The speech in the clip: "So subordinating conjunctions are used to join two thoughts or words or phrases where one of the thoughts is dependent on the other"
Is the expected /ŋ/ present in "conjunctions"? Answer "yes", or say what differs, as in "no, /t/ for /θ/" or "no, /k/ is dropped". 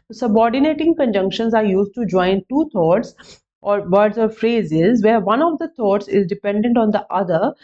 yes